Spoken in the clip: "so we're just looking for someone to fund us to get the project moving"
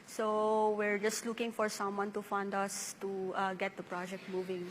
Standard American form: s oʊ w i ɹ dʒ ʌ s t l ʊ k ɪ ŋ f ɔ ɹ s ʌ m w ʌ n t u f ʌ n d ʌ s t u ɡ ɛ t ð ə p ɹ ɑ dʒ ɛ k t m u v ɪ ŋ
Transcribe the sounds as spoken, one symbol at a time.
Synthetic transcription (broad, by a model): s oʊ w i ɹ dʒ ʌ s t l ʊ k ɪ ŋ f ɔ ɹ s ʌ m w ʌ n t u f ʌ n d ʌ s t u ɡ ɛ t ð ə p ɹ ɑ dʒ ɛ k t m u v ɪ ŋ